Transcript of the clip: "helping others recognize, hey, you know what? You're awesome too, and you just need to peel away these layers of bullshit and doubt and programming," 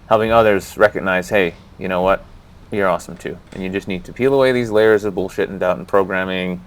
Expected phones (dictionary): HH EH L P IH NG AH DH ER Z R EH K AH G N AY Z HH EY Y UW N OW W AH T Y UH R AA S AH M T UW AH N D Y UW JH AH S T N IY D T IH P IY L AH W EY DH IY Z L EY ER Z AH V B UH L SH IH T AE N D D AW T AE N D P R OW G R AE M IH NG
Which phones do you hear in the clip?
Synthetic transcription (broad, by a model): HH EH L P IH NG AH DH ER Z R EH K AH G N AY Z HH EY Y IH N OW W AH T Y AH R AA S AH M T UW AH N Y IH JH AH S T N IY D T IH P IY L AH W EY DH IY Z L EY ER Z AH V B UH L SH IH T N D D AW T N P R OW G R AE M IH NG